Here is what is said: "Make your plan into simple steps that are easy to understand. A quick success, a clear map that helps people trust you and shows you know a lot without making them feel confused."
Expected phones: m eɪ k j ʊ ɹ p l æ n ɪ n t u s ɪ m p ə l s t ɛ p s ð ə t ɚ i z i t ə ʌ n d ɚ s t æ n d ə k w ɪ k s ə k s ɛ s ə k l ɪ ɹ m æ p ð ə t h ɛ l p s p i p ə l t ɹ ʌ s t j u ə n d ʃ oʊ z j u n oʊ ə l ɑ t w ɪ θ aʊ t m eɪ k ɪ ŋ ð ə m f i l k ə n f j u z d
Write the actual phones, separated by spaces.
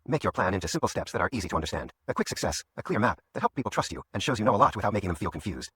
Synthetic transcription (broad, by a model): m eɪ k j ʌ ɹ p l æ n ɪ n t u s ɪ m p l s t ɛ p s ð ə t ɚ i z i t ə ʌ n d ɚ s t æ n d ə k w ɪ k s ə k s ɛ s ə k l ɪ ɹ m æ p ð ə t h ɛ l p p i p l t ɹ ʌ s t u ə n ʃ oʊ z j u n oʊ ə l ɑ t w ɪ θ aʊ t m eɪ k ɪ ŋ ð ə m f i l k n f j u z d